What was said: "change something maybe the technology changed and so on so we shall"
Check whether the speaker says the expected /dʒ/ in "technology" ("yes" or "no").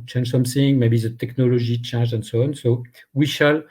no